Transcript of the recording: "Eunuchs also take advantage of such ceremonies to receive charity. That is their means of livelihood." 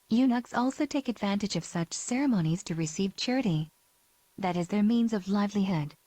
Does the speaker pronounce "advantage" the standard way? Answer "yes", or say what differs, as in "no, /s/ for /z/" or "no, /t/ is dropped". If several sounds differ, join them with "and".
yes